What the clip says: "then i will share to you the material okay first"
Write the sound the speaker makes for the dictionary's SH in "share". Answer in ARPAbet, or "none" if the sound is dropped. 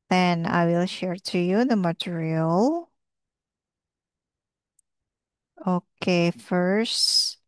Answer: SH